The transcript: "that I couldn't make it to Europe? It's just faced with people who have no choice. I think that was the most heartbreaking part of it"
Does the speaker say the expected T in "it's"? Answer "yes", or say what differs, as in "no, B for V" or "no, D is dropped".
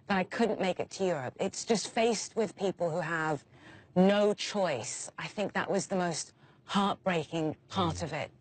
yes